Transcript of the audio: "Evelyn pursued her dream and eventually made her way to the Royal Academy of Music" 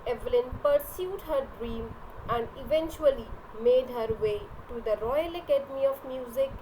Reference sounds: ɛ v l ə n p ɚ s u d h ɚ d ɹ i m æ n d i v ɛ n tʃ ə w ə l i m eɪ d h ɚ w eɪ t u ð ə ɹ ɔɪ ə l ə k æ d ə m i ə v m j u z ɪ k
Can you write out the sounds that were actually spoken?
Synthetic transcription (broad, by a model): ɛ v l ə n p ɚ s u d h ɚ d ɹ i m æ n d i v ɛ n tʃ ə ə l i m eɪ d h ɚ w eɪ t u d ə ɹ ɔɪ ə l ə k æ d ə m i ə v m j u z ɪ k